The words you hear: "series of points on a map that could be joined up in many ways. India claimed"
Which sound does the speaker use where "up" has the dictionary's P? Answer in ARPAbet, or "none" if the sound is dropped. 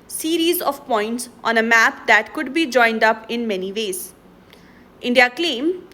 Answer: P